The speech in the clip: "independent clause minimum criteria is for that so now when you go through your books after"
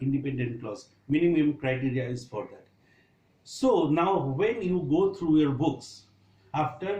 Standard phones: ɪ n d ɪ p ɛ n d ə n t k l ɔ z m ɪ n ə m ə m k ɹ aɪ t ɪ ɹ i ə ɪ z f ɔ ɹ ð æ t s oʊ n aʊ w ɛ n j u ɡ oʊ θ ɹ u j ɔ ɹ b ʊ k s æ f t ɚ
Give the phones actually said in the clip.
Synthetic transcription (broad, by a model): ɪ n d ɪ p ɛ n d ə n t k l ɔ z m ɪ n ə m ə m k ɹ aɪ t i ɹ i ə ɪ z f ɔ ɹ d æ t s oʊ n aʊ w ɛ n j u ɡ oʊ t ɹ u j ɔ ɹ b ʊ k s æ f t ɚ